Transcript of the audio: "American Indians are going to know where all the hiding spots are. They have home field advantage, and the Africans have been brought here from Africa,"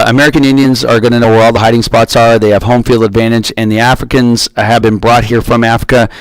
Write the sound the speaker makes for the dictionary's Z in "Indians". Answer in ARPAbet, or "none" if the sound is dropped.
Z